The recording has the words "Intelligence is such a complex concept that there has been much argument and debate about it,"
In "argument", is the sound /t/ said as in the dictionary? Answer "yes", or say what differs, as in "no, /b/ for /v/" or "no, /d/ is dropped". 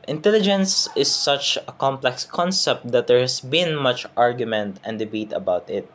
yes